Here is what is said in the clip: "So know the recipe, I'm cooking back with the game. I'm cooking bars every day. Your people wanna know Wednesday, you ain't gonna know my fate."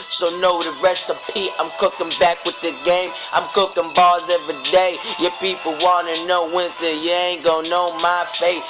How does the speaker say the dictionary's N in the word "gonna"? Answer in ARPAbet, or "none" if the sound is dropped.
none